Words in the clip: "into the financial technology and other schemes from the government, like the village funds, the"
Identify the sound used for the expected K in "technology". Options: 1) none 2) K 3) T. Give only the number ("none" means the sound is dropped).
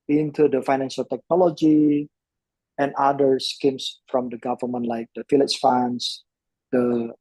2